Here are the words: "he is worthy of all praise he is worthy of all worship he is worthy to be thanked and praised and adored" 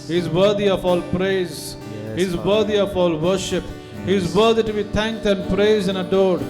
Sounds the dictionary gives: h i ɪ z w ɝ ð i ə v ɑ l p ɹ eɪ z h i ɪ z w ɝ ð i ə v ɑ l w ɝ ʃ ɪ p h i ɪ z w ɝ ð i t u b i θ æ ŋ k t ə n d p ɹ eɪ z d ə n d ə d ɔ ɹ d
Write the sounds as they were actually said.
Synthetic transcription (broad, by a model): h i ɪ z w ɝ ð i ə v ɑ l p ɹ eɪ z h i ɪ z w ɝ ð i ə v ɑ l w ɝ ʃ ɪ p h i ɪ z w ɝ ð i t u b i t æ ŋ k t ə n d p ɹ eɪ z ə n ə d ɔ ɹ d